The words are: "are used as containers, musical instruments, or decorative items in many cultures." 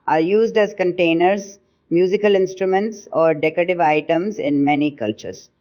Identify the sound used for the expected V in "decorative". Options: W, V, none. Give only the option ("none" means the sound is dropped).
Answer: V